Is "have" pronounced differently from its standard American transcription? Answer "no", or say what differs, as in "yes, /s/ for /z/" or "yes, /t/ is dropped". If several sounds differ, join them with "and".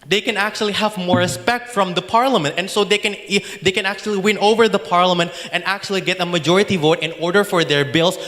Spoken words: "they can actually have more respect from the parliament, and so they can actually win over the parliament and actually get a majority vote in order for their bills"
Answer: no